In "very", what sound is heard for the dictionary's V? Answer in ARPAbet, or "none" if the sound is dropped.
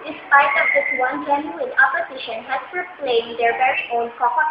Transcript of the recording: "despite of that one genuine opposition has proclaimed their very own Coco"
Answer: B